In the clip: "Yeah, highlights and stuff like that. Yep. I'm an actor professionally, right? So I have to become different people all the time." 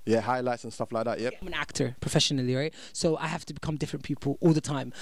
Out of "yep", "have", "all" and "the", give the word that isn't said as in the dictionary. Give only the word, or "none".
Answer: have